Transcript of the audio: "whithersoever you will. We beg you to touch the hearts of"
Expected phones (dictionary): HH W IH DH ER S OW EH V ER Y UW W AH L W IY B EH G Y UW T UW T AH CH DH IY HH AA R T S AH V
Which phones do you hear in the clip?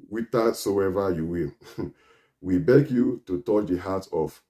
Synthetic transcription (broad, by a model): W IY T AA S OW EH V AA Y UW W AH L W IY B EH G Y UW T UW T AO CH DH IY HH AA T AH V